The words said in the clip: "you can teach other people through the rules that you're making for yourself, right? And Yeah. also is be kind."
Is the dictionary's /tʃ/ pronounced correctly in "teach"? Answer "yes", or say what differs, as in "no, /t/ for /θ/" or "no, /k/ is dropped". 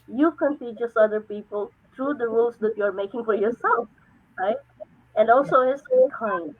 no, /s/ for /tʃ/